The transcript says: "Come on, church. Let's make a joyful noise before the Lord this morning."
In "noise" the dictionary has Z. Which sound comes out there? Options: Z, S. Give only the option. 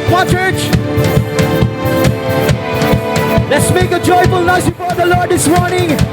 S